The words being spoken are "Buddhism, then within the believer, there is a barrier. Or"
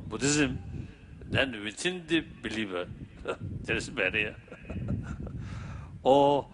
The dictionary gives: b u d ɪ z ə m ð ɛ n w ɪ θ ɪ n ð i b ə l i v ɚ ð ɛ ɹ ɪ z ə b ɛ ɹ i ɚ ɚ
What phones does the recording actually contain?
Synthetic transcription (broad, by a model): b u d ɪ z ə m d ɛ n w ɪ t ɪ n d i b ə l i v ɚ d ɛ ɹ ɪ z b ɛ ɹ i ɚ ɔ